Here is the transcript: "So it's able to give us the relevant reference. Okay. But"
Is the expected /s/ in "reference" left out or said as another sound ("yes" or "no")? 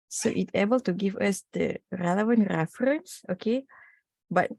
no